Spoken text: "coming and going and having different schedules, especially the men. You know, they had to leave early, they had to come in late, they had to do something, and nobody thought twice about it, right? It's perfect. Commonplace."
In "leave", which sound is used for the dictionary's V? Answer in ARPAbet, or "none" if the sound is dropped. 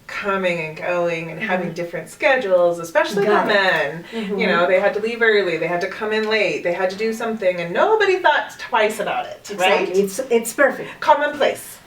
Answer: V